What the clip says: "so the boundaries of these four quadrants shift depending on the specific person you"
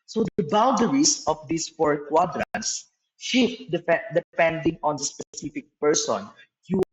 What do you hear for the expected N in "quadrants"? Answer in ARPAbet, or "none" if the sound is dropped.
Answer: N